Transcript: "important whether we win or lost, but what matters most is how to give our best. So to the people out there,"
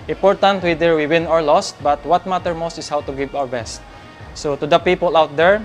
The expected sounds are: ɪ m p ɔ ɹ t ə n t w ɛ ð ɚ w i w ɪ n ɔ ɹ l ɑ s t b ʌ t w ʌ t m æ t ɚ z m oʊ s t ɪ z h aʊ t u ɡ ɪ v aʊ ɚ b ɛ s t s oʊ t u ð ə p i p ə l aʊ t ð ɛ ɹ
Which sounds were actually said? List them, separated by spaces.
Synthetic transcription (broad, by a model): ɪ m p ɔ ɹ t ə n t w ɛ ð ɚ w i w ɪ n ɔ ɹ l ɑ s t b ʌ t w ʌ t m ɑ t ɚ m oʊ s t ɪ s h aʊ t u ɡ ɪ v aʊ ɚ b ɛ s t s oʊ t u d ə p i p ə l aʊ t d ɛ ɹ